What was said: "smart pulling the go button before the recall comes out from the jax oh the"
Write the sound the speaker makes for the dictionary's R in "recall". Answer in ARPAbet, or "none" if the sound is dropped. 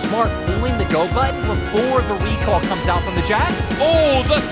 W